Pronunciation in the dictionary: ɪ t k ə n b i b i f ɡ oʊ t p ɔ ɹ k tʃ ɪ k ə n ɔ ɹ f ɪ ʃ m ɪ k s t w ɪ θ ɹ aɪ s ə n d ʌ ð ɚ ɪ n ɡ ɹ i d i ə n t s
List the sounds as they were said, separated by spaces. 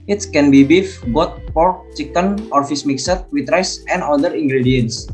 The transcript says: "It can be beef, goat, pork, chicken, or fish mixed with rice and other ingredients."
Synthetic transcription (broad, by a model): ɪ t k ə n b i b i f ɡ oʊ t p ɔ ɹ k tʃ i k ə n ɔ ɹ f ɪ s m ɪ k s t w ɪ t ɹ aɪ s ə n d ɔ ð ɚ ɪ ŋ ɡ ɹ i d i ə n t s